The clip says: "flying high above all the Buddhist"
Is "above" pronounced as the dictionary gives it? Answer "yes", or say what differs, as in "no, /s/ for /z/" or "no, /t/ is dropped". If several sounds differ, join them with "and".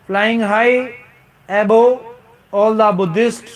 no, /v/ is dropped